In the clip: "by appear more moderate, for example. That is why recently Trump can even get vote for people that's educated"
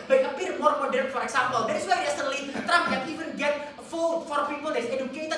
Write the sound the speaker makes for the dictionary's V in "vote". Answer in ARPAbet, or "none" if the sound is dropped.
F